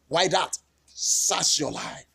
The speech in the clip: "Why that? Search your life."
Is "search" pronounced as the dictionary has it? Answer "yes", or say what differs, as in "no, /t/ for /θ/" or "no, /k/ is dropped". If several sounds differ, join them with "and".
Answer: no, /s/ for /tʃ/